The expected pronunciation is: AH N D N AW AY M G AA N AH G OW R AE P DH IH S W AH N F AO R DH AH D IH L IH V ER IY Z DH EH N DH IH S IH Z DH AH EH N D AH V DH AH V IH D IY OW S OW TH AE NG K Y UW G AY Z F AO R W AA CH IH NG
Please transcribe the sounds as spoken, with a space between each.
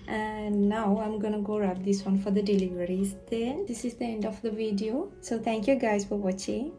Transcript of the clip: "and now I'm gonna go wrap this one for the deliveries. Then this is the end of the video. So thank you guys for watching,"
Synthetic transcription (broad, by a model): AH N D N AW AY M G AA N AH G OW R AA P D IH S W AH N F AO R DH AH D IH L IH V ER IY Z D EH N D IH S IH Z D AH EH N D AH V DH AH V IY D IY OW S OW T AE NG K Y UW G AY Z F AO R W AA CH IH NG